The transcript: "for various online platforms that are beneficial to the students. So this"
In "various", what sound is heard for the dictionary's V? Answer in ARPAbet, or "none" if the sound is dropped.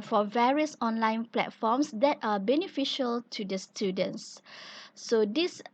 V